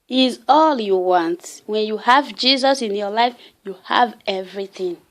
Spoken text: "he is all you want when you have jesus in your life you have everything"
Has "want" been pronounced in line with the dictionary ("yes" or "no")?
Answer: yes